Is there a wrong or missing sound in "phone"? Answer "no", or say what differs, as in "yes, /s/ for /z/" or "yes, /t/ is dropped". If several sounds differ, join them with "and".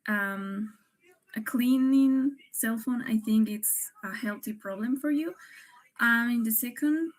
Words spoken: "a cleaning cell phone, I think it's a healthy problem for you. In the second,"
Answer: no